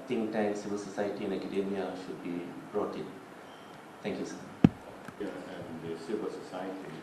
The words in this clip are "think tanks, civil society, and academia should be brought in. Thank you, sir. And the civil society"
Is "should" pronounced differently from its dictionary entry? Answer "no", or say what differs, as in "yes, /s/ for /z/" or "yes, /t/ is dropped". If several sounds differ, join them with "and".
no